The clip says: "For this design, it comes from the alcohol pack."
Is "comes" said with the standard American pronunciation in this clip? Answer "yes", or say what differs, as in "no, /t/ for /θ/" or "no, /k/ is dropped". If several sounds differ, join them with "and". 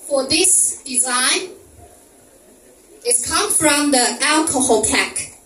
no, /z/ is dropped